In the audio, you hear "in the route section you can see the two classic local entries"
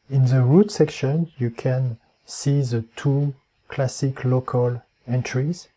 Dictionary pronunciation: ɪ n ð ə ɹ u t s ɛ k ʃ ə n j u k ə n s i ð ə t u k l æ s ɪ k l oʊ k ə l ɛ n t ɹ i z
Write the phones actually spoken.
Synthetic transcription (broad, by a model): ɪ n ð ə ɹ u t s ɛ k ʃ ə n j u k ə n s i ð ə t u k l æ s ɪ k l oʊ k ə l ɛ n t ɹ i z